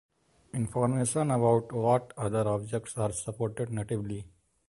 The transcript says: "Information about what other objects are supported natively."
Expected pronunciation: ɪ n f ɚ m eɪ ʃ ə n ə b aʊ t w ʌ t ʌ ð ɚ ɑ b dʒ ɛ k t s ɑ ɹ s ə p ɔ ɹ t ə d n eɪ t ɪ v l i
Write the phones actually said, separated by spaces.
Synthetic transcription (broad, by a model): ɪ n f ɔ m eɪ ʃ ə n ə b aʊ t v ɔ t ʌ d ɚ ɑ b dʒ ɛ k t s ɑ ɹ s ə p ɔ ɹ t ə d n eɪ t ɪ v l i